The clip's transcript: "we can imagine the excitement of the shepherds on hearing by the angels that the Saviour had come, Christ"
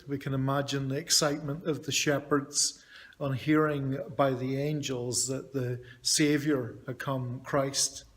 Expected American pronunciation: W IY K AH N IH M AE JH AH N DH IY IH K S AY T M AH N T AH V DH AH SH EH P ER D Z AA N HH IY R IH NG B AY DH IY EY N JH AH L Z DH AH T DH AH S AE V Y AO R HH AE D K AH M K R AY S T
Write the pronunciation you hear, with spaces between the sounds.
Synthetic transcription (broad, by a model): W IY K AH N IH M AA JH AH N DH IY IH K S AY T M AH N T AH V DH AH SH EH P ER D Z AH N HH IY R IH NG B AY DH IY EY N JH AH L Z DH AH T DH AH S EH V Y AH R HH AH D K AH M K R AY S T